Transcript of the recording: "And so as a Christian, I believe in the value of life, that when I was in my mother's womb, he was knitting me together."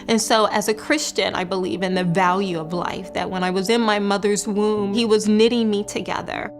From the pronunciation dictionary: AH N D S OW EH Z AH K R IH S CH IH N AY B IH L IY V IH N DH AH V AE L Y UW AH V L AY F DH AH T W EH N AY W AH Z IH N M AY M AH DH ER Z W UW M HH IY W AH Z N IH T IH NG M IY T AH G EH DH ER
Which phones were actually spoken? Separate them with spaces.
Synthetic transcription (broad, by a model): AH N S OW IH Z AH K R IH S CH IH N AY B IH L IY V IH N DH AH V AE L Y UW AH V L AY F DH AH T W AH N AY W AH Z IH N M AY M AH DH ER Z W UW M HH IY W AH Z N IH T IH NG M IY T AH G EH DH ER